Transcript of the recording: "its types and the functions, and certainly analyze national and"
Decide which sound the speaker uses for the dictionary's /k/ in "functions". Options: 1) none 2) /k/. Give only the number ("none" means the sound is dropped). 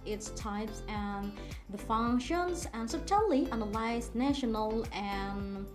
2